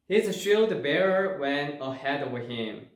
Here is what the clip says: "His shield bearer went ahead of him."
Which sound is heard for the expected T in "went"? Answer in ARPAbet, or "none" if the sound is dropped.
none